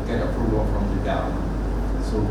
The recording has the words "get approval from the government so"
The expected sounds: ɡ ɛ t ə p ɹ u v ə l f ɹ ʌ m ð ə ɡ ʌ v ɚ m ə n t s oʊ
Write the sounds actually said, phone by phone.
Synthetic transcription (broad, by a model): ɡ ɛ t ə p ɹ u v ə l f ɹ ʌ m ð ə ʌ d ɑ ə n s oʊ